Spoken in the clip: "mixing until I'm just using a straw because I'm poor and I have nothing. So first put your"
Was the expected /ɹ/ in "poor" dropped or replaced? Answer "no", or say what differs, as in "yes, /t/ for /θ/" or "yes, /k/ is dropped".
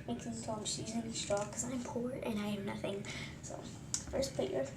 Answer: no